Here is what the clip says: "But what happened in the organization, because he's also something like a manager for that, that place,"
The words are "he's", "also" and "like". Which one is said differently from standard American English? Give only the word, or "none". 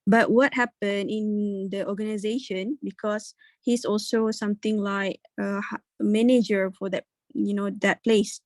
he's